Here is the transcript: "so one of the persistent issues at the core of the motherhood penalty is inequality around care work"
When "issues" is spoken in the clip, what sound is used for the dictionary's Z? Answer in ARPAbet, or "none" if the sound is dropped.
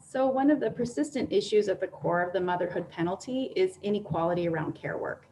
Z